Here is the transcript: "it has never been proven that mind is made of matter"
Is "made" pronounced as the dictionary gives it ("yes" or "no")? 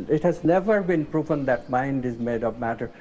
yes